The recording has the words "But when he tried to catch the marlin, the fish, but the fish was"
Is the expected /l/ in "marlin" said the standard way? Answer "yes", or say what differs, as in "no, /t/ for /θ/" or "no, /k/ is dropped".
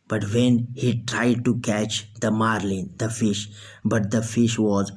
yes